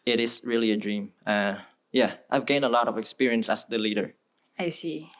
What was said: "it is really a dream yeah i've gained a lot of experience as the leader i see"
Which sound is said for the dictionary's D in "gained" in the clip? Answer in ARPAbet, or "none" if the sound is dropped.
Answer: none